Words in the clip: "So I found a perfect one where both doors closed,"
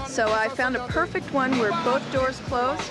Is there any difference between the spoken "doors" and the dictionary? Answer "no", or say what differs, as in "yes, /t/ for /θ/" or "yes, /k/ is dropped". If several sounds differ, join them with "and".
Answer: no